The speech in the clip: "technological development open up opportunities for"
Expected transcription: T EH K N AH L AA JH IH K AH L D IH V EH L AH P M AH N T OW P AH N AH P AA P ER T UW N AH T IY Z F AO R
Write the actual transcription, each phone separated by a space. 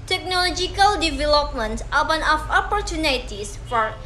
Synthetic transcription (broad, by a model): T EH K N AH L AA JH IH K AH L D IH V EH L AH P M AH N T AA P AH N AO F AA P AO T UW N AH T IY S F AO R